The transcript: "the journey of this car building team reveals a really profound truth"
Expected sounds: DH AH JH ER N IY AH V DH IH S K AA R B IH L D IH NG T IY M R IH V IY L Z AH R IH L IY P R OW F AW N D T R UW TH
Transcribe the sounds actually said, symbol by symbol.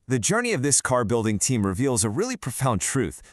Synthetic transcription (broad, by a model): DH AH JH ER N IY AH V DH IH S K AA R B IH L D IH NG T IY M R IH V IY L Z AH R IH L IY P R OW F AW N T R UW TH